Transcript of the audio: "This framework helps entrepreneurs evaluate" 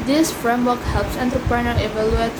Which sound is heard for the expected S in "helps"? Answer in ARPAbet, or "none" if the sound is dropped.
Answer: S